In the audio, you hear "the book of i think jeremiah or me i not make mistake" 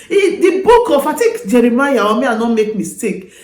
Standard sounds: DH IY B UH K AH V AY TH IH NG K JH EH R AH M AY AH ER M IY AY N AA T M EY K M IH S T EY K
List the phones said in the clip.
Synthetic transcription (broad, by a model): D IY B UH K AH F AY T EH K JH EH R AH M AY AH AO M IY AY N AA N M EY K M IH S T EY K